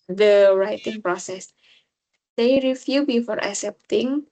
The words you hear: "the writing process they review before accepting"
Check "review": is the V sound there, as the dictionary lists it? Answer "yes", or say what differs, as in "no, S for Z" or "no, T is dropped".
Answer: no, F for V